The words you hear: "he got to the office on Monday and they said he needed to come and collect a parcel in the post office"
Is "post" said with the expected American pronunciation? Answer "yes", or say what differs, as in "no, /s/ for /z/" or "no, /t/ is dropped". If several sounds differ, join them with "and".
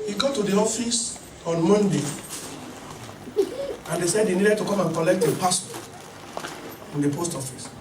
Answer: yes